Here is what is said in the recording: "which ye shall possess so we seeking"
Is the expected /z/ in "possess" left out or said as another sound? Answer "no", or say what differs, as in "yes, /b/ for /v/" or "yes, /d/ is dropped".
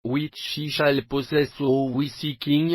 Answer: yes, /s/ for /z/